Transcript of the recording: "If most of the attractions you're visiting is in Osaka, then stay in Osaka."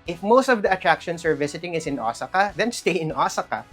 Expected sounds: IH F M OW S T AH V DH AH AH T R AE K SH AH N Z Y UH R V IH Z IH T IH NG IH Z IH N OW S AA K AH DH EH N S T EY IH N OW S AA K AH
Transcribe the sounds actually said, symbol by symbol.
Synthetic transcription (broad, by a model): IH F M OW S T AH V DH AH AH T R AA K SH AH N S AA R V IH S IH T IH NG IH S IH N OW S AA K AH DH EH N S T EY IH N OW S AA K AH